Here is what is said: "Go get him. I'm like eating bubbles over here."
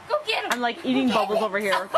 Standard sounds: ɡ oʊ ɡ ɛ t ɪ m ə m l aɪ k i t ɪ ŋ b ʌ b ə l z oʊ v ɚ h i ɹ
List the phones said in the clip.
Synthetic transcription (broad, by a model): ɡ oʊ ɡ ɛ ɪ ə m l aɪ k i t ɪ ŋ b ʌ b l z oʊ v ɚ h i ɹ